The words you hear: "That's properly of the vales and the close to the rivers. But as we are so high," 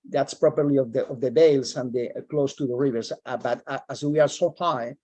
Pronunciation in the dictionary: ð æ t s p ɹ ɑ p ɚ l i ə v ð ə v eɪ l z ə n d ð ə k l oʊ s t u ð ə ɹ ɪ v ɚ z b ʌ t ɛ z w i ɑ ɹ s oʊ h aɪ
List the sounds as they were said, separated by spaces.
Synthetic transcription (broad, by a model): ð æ t s p ɹ ɑ p ɚ l i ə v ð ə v eɪ l s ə n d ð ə k l oʊ s t u ð ə ɹ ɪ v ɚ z b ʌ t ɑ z w i ɑ ɹ s oʊ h aɪ